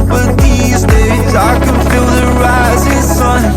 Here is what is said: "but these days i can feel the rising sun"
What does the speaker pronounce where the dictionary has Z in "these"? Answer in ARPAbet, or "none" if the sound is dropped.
Z